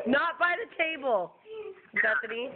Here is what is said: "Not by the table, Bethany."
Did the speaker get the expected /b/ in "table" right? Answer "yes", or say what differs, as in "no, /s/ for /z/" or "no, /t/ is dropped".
yes